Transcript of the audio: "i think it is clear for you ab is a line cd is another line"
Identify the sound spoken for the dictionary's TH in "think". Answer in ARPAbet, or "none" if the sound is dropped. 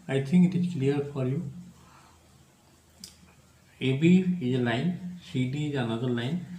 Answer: T